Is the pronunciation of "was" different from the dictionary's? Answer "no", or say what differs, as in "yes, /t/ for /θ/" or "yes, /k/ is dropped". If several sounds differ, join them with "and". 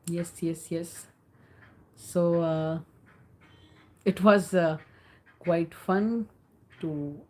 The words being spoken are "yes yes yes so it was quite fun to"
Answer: no